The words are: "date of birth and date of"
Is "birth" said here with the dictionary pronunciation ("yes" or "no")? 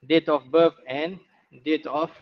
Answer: no